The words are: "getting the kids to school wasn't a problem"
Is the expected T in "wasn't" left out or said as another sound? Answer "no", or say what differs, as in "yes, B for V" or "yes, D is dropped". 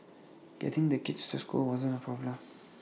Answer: yes, T is dropped